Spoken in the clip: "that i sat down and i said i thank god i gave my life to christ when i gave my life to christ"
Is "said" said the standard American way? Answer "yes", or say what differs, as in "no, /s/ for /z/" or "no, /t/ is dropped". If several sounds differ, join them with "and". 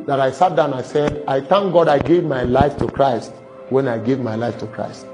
yes